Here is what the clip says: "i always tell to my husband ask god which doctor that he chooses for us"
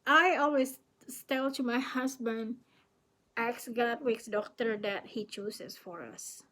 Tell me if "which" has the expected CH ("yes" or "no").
no